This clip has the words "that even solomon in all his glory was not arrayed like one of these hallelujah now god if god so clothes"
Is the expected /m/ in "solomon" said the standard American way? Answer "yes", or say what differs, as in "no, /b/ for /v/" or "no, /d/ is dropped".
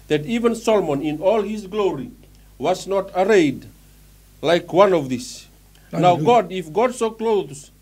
yes